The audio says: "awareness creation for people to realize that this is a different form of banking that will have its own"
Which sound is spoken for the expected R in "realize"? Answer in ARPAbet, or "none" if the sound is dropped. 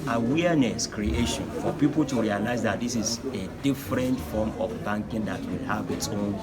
R